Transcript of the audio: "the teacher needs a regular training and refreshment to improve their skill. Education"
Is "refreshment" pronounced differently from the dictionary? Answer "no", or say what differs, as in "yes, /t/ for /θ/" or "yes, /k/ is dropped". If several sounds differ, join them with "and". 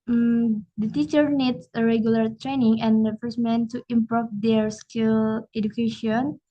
yes, /ɹ/ is dropped and /s/ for /ʃ/